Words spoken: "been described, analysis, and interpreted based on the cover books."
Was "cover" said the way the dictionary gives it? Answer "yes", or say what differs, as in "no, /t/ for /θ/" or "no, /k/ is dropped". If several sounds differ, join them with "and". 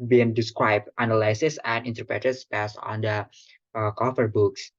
no, /f/ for /v/